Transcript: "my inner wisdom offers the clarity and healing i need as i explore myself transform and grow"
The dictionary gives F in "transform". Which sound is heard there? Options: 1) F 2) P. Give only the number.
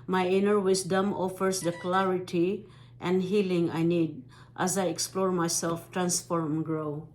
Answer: 1